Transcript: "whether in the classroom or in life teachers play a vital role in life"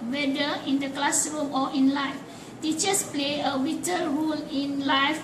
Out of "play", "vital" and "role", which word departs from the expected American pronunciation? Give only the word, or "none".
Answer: vital